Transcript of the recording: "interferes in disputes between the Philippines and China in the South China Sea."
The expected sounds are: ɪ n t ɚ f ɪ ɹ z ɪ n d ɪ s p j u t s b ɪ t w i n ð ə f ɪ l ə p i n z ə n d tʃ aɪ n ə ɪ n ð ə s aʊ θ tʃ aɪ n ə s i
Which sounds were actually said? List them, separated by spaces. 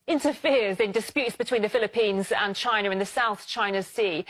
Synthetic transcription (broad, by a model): ɪ n t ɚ f ɪ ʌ z ɪ n d ɪ s p j u t s b ɪ t w i n ð ə f ɪ l ə p i n z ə n tʃ aɪ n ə ɪ n ð ə s aʊ θ tʃ aɪ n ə s i